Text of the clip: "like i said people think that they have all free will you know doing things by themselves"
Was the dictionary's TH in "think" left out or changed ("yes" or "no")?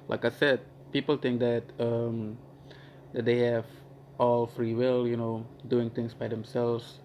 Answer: yes